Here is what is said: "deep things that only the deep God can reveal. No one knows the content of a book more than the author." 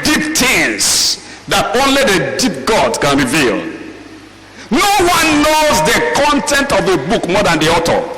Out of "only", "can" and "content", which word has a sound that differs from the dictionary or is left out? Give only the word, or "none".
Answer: none